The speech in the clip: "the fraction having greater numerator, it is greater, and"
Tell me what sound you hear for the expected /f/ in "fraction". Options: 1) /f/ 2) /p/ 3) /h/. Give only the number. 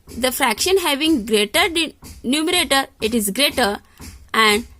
1